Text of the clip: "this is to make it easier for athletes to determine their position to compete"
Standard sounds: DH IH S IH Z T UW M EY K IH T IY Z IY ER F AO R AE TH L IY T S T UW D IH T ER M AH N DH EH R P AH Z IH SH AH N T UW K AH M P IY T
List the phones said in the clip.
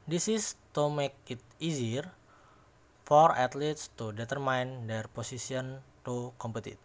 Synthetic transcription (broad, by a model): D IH S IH S T UW M EY K IH T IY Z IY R F AO R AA T L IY T S T UW D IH T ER M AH N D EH R P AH S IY S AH N T UW K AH M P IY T